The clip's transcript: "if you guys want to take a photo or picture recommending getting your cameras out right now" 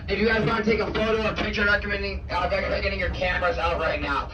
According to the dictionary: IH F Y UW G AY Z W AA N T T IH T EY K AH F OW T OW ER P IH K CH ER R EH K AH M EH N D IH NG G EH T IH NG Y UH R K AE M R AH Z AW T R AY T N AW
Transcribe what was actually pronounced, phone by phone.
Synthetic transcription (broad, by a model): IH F Y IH G AY Z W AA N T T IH T EY K AH F OW T OW ER P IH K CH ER R EH K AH M EH N D IH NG G EH T IH NG Y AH R K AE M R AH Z AW T R AY T N AW